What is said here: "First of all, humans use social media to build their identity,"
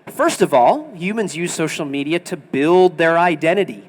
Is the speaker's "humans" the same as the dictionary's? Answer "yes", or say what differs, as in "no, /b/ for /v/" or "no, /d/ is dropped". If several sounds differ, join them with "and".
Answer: yes